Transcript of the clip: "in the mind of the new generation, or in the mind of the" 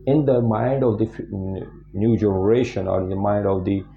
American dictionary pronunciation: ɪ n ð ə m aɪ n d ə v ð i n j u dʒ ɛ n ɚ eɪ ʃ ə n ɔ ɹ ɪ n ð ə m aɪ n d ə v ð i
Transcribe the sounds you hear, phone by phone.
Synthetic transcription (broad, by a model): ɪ n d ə m aɪ n d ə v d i n j u dʒ ɛ n ɚ eɪ ʃ ə n ɔ ɹ ɪ n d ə m aɪ n d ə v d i